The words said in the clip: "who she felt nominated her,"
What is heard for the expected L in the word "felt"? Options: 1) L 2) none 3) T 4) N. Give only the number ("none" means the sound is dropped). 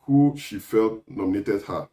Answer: 1